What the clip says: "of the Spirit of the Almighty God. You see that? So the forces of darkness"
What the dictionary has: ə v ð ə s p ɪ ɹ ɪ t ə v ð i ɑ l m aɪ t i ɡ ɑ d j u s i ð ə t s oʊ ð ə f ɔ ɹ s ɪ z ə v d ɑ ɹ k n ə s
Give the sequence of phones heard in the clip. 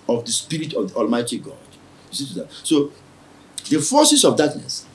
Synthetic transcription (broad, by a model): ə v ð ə s p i ɹ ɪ t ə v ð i ɑ l m aɪ t i ɡ ɑ d j u s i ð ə t s oʊ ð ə f ɔ s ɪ s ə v d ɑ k n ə s